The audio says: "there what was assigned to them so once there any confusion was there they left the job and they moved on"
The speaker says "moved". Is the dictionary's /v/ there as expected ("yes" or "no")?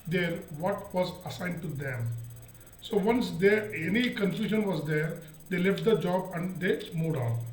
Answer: no